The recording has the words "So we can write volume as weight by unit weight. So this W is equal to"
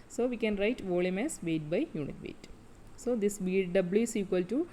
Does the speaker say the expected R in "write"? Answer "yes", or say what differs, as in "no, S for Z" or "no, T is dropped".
yes